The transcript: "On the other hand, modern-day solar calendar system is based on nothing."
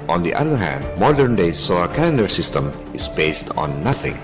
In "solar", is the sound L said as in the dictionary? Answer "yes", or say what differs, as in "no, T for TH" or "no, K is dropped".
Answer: no, L is dropped